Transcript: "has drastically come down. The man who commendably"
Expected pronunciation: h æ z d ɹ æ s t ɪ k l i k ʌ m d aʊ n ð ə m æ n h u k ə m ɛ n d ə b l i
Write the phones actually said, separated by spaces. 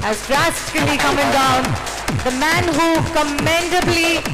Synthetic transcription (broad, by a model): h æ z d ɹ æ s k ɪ l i k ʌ m d aʊ n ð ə m æ n h u k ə m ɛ n d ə b l i